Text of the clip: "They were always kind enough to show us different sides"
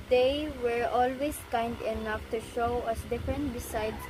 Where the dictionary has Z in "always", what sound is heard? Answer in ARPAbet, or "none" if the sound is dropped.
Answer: S